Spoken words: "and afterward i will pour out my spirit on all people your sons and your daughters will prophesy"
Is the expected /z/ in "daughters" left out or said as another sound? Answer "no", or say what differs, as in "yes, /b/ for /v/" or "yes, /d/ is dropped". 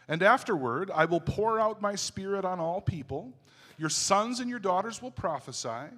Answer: no